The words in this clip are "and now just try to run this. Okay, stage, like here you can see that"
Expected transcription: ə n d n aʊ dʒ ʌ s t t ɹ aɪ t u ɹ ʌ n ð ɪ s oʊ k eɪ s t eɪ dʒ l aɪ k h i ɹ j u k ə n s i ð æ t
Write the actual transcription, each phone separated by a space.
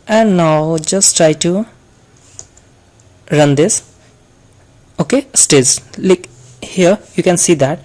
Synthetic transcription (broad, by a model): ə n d n aʊ dʒ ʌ s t t ɹ aɪ t u ɹ ʌ n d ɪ s oʊ k eɪ s t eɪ z l aɪ k h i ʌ j u k ə n s i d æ t